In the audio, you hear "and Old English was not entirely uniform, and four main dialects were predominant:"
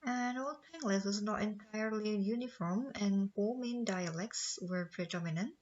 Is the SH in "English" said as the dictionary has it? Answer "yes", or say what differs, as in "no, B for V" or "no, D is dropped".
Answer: no, S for SH